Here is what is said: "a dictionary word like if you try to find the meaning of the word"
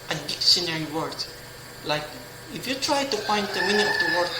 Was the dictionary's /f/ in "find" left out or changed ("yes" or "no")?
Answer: yes